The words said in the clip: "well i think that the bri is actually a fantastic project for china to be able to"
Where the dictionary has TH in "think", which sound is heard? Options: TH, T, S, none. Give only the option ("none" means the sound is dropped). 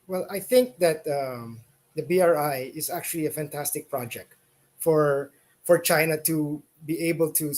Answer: TH